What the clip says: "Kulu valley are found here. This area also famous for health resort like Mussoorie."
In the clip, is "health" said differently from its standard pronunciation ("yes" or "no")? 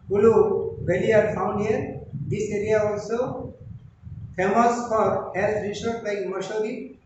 yes